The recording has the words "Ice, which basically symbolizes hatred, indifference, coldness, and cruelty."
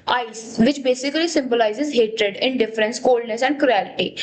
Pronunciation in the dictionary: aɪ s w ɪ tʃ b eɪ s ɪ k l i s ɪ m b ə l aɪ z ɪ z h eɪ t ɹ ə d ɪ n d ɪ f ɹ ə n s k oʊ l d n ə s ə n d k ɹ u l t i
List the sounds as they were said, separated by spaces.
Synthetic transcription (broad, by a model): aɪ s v ɪ tʃ b eɪ s ɪ k l i s ɪ m b ə l aɪ z ɪ z h eɪ t ɹ ə d ɪ n d ɪ f ɹ ə n s k oʊ l d n ə s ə n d k ɹ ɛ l t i